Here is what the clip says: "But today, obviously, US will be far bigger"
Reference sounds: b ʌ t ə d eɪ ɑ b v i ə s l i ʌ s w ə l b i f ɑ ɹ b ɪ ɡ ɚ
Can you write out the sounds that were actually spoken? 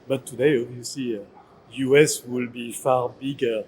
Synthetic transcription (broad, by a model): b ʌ t ə d eɪ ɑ v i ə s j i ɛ s w ə l b i f ɑ ɹ b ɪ ɡ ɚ